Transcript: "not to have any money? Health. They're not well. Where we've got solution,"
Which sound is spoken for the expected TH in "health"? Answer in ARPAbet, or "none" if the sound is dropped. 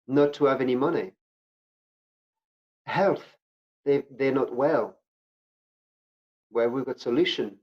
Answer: TH